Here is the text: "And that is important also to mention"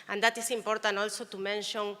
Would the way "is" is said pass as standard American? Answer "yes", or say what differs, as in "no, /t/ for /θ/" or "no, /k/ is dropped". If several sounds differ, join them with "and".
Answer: no, /s/ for /z/